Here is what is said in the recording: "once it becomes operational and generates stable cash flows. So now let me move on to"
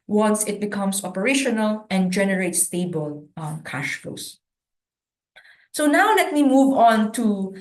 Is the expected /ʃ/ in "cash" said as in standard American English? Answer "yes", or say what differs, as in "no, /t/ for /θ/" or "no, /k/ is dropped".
yes